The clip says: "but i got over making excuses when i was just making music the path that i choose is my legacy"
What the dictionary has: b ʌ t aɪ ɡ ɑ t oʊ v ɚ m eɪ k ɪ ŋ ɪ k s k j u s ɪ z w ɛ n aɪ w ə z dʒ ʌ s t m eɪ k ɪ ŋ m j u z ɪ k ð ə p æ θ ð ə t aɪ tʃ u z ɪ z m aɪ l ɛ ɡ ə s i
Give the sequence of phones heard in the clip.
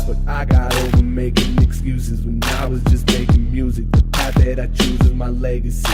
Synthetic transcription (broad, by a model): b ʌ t aɪ ɡ ɑ t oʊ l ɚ m eɪ k ɪ ŋ ɪ k s k j u s ɪ z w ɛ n aɪ w ə z dʒ ʌ s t m eɪ k ɪ ŋ m j u z ɪ k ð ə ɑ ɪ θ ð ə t aɪ tʃ u z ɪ m aɪ l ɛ ɡ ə s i